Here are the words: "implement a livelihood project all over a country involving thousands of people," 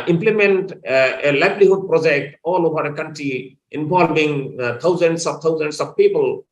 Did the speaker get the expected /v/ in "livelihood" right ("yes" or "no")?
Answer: no